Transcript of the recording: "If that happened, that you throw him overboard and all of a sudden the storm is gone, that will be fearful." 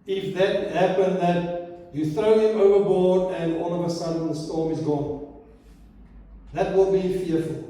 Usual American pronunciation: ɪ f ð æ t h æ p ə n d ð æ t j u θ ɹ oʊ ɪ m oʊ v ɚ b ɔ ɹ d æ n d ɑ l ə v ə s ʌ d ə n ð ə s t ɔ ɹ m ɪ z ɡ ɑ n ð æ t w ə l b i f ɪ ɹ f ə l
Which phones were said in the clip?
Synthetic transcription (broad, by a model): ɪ f ð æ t h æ p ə n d ð æ t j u θ ɹ oʊ ɪ m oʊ v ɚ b ɔ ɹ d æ n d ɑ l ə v ə s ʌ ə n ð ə s t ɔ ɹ m ɪ z ɡ ɑ n ð æ t w ə l b i f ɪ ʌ f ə l